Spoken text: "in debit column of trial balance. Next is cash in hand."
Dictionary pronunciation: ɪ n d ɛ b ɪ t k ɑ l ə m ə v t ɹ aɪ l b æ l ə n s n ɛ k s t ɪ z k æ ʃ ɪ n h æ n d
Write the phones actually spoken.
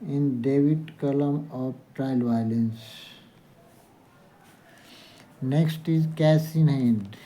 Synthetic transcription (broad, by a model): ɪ n d ɛ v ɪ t k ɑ l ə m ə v t ɹ aɪ l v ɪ l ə n s n ɛ k s t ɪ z k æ s ɪ n h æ n d